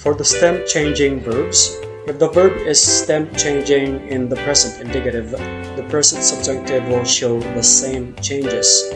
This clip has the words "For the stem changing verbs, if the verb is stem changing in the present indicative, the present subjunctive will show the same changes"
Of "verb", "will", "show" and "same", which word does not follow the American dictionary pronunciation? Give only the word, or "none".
none